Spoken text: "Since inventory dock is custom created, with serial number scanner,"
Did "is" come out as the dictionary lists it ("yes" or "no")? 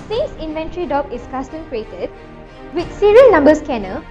no